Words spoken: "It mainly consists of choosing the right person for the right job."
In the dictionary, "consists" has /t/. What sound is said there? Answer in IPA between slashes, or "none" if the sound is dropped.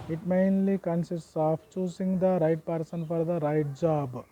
/s/